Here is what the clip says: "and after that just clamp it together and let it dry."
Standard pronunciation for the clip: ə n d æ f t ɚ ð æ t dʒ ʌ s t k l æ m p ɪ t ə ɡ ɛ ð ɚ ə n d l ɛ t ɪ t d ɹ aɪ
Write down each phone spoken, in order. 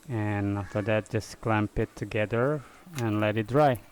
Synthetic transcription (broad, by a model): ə n æ f t ɚ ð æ t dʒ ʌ s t k l æ m p ɪ t ə ɡ ɛ ð ɚ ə n l ɛ t ɪ t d ɹ aɪ